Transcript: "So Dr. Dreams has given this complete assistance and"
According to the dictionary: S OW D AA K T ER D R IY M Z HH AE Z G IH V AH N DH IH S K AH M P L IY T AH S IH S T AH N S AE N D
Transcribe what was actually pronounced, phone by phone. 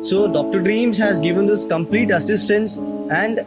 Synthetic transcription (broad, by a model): S OW D AA K T ER D R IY M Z HH AE Z G IH V AH N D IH S K AH M P L IY T AH S IH S T AH N S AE N D